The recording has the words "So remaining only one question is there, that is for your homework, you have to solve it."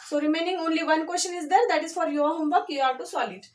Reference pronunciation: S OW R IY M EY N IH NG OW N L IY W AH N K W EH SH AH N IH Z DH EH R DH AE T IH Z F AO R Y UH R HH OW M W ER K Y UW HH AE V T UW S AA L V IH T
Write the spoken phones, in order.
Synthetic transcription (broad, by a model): S OW R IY M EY N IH NG OW N L IY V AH N K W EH S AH N IH Z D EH R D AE T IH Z F AO R Y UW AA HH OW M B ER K Y UW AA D T UW S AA L IH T